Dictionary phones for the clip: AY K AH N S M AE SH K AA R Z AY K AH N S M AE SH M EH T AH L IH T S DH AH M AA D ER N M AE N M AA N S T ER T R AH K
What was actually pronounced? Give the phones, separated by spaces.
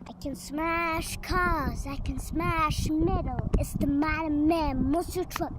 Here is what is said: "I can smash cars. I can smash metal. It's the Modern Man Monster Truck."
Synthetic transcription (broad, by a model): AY K AH N S M AE SH K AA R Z AY K AH N S M AE SH M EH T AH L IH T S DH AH M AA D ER M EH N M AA S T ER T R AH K